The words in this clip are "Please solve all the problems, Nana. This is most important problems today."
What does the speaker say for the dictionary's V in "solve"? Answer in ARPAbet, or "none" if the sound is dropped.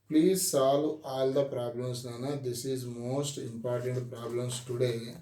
none